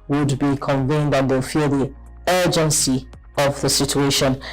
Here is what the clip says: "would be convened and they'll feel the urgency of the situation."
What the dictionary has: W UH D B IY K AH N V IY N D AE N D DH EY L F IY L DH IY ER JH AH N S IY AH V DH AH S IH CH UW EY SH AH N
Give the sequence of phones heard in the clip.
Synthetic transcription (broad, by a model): W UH D B IY K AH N V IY N D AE N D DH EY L F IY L DH IY ER JH AH N S IY AH V DH AH S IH CH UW EY SH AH N